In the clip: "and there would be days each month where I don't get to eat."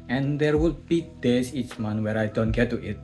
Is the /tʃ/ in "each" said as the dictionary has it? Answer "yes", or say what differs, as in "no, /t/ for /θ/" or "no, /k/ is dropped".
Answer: yes